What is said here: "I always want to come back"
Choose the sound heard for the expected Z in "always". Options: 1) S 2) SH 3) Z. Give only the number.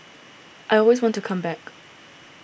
3